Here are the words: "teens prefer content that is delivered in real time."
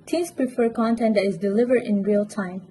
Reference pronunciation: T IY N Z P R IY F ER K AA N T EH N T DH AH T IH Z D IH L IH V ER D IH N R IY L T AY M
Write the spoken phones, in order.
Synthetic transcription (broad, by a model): T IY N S P R IY F ER K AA N T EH N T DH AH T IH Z D IH L IH V ER D IH N R IY L T AY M